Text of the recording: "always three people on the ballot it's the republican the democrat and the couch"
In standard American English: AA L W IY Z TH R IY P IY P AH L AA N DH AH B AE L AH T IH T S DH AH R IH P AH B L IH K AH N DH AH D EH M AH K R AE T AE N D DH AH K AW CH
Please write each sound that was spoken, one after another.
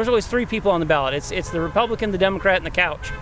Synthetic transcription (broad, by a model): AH L W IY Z TH R IY P IY P L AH N DH AH B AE L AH T IH T S DH AH R IH P AH B L IH K AH N DH AH D EH M AH K R AE T N DH AH K AW CH